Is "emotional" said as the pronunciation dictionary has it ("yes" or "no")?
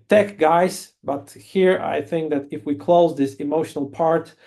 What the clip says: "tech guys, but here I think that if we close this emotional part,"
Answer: yes